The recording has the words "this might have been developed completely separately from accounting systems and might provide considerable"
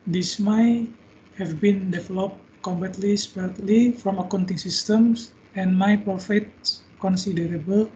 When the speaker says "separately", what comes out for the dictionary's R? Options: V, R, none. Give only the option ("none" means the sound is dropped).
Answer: none